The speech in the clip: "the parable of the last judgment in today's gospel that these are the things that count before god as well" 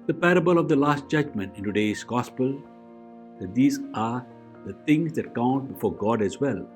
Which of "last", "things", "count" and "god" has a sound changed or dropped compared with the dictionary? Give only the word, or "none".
things